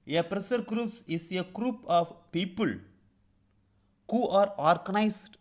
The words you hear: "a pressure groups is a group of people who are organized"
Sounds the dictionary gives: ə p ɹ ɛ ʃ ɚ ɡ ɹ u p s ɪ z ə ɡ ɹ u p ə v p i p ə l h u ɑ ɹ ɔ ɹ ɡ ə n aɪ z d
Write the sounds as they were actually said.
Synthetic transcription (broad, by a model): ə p ɹ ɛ s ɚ ɡ ɹ u p s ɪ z ə ɡ ɹ u p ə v p i p ə l h u ɑ ɹ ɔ ɹ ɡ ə n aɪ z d